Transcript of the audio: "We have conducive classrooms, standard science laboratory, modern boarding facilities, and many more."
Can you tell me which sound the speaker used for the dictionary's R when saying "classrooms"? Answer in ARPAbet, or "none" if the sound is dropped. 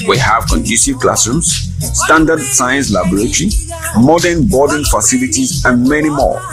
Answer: none